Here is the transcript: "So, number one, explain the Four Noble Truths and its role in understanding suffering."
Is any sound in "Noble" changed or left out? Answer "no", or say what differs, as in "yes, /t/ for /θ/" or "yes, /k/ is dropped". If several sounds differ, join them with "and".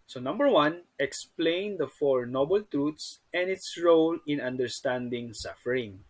no